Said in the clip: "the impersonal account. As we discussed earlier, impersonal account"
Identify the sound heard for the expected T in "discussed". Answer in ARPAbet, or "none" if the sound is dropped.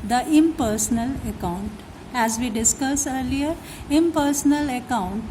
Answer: none